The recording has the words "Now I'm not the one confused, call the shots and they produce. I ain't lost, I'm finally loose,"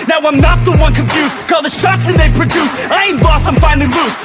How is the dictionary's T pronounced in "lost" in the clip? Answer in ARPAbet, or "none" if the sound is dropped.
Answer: none